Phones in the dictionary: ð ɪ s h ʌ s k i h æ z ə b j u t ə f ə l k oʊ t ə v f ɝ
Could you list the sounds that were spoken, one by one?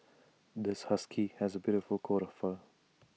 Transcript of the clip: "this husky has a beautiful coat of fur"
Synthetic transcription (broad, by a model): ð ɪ s h ʌ s k i h æ z ə b j u t ə f ə l k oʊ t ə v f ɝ